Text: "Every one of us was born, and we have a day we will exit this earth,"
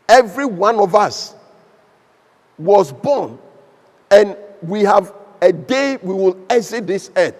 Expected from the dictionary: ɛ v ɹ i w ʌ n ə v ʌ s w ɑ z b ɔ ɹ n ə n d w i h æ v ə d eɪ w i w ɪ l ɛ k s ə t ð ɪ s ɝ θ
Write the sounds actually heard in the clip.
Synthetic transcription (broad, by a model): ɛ v ɹ i w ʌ n ə v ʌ s w ɑ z b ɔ n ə n w i h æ v ə d eɪ w i w ɪ l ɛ s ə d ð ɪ s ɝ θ